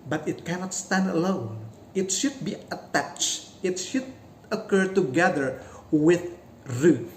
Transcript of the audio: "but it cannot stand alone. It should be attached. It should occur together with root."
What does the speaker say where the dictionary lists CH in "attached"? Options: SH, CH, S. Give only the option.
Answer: CH